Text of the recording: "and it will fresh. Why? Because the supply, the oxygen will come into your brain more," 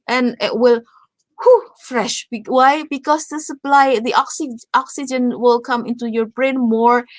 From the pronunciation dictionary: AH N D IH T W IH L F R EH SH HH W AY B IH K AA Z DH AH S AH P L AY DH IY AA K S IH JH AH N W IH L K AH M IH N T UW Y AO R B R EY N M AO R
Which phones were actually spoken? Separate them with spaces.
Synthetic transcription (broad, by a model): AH N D IH T W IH L F R EH SH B W AY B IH K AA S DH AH S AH P L AY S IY AA K S IH JH AH N W IH L K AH M IH N T UW Y AO R B R EY N M AO R